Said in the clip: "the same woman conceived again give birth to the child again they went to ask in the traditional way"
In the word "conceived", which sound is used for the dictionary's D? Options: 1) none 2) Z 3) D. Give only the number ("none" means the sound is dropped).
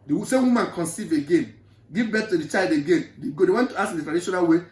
1